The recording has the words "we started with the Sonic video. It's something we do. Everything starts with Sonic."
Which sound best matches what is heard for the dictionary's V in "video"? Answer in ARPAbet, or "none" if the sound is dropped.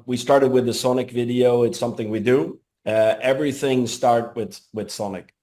V